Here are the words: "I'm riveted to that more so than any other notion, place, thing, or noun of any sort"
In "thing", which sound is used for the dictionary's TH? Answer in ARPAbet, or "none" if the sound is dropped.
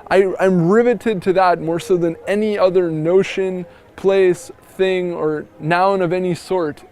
TH